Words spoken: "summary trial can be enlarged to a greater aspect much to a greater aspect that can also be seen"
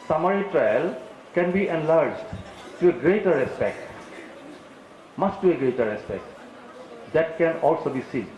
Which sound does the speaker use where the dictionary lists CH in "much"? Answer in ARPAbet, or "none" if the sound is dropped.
S